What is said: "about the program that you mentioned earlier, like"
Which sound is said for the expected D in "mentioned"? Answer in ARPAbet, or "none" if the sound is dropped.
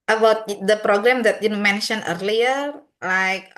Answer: none